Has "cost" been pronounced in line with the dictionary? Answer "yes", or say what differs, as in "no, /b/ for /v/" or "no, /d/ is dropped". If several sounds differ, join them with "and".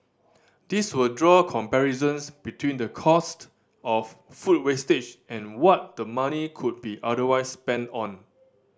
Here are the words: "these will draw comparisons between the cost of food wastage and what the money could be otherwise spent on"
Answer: yes